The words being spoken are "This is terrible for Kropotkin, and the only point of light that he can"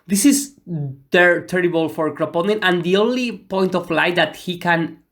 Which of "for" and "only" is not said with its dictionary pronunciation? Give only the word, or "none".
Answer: none